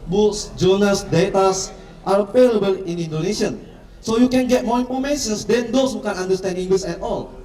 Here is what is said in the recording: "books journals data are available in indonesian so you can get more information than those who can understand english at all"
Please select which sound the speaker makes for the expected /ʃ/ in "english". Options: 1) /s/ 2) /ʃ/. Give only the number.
1